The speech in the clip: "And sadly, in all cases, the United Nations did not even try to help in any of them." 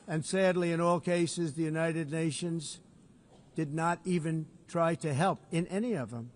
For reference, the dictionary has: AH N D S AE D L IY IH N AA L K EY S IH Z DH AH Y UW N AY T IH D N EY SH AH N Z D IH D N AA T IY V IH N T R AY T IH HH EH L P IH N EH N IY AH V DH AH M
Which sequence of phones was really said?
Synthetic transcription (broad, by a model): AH N S AE D L IY IH N AA L K EY S IH Z DH AH Y UW N AY T IH D N EY SH AH N Z D IH D N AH T IY V IH N T R AY T IH HH EH L P IH N EH N IY AH V DH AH M